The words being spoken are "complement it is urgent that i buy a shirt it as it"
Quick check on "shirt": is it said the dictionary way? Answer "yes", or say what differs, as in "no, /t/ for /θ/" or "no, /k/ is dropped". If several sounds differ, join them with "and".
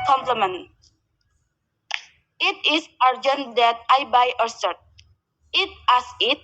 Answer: no, /s/ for /ʃ/